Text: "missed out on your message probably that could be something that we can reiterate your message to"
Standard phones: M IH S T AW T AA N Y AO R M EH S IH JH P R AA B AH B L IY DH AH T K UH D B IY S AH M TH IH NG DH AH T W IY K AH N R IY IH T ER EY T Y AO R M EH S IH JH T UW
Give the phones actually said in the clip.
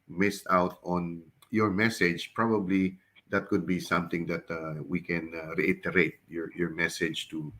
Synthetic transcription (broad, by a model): M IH S T AW T AA N Y AO R M EH S IH JH P R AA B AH B L IY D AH T K UH D B IY S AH M T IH NG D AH T W IY K AH N R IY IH T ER EY T Y AO R M EH S IH JH T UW